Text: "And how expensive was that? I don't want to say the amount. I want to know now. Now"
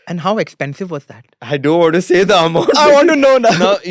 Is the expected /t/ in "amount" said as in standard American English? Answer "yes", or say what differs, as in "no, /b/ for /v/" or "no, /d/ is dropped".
no, /t/ is dropped